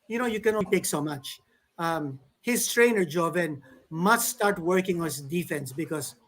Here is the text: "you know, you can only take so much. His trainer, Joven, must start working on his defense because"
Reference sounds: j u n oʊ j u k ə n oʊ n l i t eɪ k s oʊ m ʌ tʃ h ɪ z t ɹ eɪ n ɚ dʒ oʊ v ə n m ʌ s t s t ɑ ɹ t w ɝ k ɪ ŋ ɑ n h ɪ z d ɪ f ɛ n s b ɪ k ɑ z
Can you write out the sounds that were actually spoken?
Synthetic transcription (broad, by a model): j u n oʊ j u k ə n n i t eɪ k s oʊ m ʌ tʃ h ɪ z t ɹ eɪ n ɚ dʒ oʊ v ə n m ʌ s t s t ɑ ɹ t w ɝ k ɪ ŋ ɑ n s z d ɪ f ɛ n s b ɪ k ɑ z